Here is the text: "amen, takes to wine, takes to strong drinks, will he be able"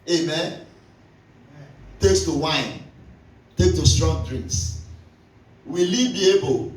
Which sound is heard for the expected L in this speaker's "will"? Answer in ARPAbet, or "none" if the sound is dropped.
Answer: L